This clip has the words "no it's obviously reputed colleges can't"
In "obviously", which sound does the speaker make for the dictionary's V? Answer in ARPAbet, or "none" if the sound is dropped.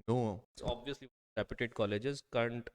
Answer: V